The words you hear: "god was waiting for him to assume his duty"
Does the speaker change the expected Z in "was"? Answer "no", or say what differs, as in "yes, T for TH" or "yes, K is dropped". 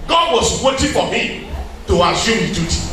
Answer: yes, S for Z